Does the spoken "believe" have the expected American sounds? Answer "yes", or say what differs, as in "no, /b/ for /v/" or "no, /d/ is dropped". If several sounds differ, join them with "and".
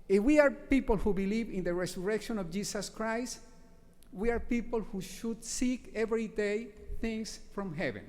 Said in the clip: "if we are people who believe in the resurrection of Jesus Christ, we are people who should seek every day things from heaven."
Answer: yes